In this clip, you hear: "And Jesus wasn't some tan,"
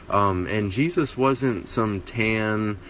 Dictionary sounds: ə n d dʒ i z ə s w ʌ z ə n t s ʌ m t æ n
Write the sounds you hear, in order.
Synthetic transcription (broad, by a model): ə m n dʒ i z ə s w ʌ z ə n t s ʌ m t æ n